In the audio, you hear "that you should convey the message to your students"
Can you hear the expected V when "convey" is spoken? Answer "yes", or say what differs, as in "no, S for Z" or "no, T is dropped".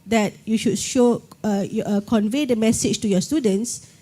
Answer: yes